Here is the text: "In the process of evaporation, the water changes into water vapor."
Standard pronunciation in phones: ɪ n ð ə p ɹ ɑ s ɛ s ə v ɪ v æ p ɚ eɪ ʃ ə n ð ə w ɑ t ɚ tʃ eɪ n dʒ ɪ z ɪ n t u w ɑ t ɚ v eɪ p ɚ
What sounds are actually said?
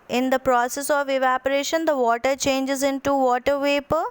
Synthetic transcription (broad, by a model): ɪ n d ə p ɹ ɑ s ɛ s ə v ɪ v æ p ɚ eɪ ʃ ə n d ə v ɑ t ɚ tʃ eɪ n dʒ ɪ z ɪ n t u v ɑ t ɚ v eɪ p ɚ